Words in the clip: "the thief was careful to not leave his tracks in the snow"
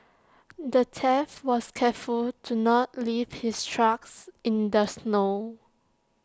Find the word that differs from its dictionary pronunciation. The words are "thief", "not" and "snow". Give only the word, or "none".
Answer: thief